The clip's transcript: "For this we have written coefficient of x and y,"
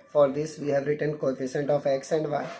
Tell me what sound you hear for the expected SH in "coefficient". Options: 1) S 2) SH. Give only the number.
1